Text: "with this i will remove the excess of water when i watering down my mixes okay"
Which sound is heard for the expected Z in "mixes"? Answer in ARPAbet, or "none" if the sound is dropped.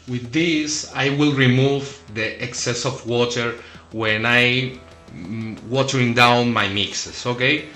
S